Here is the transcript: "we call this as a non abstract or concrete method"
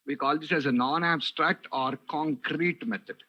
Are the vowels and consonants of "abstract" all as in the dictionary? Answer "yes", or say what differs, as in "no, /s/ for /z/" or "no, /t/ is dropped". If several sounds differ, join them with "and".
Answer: yes